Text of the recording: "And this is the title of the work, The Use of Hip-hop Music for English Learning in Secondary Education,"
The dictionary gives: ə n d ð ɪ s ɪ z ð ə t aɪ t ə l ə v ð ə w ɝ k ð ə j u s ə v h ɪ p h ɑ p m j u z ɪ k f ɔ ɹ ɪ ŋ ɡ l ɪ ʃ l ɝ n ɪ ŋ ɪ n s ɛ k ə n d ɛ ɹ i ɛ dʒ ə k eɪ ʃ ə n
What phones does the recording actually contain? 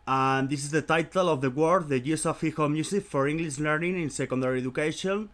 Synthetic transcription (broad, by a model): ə n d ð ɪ s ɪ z ð ə t aɪ t ə l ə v ð ə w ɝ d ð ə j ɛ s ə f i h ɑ m j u s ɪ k f ɔ ɹ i ŋ ɡ l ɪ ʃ l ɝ n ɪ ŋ ɪ n s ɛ k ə n d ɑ ɹ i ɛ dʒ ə k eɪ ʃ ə n